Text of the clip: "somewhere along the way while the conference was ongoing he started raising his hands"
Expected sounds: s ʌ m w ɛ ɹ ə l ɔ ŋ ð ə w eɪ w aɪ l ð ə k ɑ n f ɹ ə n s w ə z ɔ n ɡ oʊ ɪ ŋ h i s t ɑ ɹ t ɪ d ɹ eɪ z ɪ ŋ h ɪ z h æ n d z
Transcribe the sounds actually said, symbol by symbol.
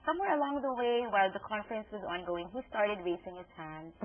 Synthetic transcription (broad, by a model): s ʌ m w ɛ ɹ ə l ɔ ŋ ð ə w eɪ w aɪ l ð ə k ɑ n f ɹ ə n s w ə z ɔ n ɡ oʊ ɪ ŋ h i s t ɑ ɹ t ɪ d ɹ eɪ s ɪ ŋ h ɪ z h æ n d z